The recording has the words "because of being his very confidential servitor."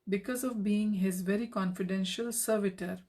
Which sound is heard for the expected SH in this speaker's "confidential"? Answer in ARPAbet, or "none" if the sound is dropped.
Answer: SH